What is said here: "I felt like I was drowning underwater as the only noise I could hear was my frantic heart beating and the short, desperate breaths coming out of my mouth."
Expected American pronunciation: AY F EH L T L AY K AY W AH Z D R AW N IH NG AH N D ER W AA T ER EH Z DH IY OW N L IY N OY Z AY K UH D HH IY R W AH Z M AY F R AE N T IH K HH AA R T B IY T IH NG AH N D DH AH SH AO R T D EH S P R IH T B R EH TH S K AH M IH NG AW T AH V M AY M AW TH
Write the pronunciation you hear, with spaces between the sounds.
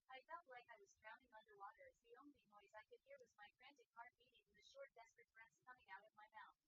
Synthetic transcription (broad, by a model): AY F EH L T L AY K AY W AH Z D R AW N IH NG AH N D ER W AA T ER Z DH IY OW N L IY N OY Z AY K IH D HH IY R W AH Z M AY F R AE N T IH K HH AA R T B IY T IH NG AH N DH AH SH AO R T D EH S P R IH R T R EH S K AH M IH NG AW T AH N M AY M AW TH